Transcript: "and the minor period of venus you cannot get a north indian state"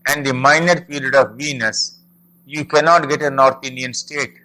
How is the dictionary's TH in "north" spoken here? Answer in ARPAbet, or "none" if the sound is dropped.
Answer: T